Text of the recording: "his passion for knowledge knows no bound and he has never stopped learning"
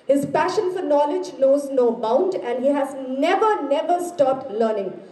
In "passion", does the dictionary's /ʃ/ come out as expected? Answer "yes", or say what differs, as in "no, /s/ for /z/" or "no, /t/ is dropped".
yes